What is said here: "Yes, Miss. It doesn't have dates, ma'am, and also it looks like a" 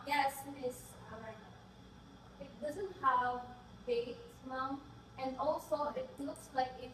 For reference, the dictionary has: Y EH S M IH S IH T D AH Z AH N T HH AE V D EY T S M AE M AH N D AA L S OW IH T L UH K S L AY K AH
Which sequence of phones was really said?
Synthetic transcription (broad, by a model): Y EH S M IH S IH T D AH Z AH N T HH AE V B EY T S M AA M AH N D AA L S OW IH T L UH K S L AY K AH